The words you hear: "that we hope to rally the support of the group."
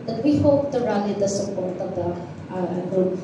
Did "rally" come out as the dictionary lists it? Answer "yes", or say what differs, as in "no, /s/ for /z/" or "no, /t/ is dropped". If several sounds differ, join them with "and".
no, /n/ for /l/